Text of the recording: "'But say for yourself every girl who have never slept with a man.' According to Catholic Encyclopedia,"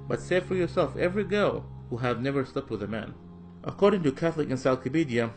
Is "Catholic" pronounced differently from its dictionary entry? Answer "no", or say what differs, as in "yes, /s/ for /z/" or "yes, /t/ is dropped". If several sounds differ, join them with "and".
no